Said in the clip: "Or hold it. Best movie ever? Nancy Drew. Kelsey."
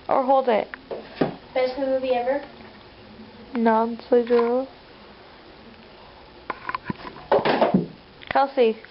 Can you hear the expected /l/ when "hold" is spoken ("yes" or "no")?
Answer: yes